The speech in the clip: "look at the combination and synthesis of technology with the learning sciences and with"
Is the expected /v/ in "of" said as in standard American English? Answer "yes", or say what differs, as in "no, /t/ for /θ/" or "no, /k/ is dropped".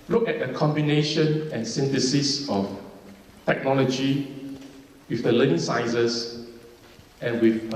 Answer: no, /f/ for /v/